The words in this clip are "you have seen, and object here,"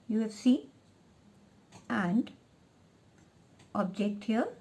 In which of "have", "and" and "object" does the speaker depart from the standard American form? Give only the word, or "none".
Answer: have